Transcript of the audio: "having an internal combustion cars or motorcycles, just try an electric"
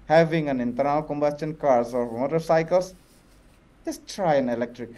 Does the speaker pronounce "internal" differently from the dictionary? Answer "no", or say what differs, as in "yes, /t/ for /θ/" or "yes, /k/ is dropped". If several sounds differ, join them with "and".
yes, /w/ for /l/